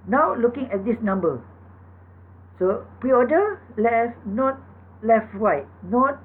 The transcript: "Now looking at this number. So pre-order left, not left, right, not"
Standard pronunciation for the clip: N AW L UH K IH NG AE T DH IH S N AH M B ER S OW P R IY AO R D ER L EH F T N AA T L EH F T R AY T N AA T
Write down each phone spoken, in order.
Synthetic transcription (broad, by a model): N AW L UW K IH NG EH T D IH S N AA M B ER S OW P R IY AO D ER L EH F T N AA T L EH F T R AY T N AA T